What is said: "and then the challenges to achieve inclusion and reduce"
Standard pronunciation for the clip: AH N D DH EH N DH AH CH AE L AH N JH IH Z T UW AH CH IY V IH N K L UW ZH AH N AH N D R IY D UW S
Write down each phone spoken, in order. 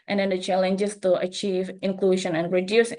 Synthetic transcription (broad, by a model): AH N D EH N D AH CH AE L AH N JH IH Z T UW AH CH IY V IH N K L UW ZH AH N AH N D R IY D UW S